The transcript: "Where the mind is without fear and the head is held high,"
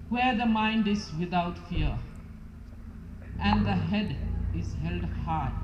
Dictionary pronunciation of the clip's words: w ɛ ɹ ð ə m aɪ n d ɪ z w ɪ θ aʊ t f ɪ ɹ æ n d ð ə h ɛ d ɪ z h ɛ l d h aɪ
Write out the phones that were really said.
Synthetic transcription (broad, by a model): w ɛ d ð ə m aɪ n d ɪ z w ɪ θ aʊ t f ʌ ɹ æ n d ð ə h ɛ d ɪ z h ɛ l d h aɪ